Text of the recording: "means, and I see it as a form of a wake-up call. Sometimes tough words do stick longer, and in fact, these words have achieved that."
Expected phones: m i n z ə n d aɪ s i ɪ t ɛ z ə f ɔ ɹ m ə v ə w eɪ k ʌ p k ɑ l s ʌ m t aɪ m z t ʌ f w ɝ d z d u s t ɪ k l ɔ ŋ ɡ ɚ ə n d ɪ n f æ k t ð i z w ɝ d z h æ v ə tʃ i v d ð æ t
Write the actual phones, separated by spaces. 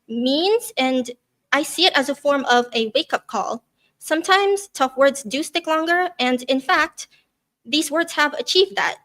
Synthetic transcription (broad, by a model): m i n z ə n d aɪ s i ɪ t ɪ z ə f ɔ ɹ m ə v ə w eɪ k ʌ p k ɑ l s ʌ m t aɪ m z t ʌ f w ɝ d z d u s t ɪ k l ɔ ŋ ɡ ɚ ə n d ɪ n f æ k t ð i z w ɝ d z h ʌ v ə tʃ i v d ð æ t